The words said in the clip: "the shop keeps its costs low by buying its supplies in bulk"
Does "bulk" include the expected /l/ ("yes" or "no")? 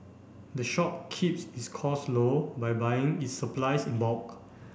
no